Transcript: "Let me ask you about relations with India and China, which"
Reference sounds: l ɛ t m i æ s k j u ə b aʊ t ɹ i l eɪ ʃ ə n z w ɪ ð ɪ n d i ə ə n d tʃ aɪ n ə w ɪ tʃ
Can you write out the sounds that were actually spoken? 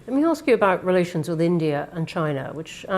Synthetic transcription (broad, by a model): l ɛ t m i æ s k j ə b aʊ t ɹ i l eɪ ʃ ə n z w ɪ ð ɪ n d i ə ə n tʃ aɪ n ə w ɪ tʃ